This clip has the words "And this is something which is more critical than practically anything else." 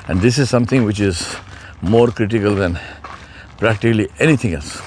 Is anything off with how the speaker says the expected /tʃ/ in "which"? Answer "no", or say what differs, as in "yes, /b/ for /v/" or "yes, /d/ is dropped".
no